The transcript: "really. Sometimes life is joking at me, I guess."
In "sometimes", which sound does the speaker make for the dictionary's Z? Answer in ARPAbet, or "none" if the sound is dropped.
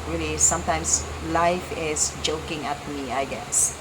S